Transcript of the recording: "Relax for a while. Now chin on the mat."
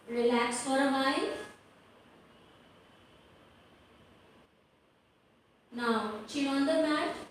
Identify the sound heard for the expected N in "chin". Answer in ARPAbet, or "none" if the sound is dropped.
none